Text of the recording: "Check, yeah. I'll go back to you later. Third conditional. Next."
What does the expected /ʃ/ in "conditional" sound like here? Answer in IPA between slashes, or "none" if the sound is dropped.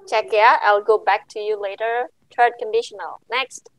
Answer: /ʃ/